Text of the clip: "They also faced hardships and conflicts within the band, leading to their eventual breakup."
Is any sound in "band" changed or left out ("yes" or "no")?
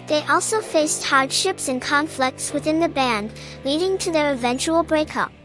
no